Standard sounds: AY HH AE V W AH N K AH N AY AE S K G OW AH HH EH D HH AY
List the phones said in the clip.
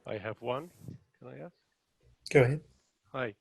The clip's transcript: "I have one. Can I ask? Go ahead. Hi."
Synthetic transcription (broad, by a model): AY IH V W AH N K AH L AY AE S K G OW AH HH EH D HH AY